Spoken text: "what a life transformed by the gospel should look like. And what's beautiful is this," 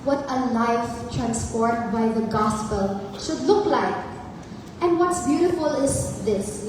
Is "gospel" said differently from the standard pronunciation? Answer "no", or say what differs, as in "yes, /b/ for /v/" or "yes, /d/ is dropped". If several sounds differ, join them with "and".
no